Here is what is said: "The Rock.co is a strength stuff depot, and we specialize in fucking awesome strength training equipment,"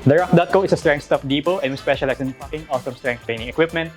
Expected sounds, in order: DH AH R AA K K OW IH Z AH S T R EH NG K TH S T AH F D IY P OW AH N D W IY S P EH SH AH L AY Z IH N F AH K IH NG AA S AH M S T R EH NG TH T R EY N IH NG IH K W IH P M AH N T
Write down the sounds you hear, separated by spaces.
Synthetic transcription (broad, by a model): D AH R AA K K OW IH S AH S T R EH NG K T S T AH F D IY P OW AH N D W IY S P EH SH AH L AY S IH N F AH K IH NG AA S AH M S T R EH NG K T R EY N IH NG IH K W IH P M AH N T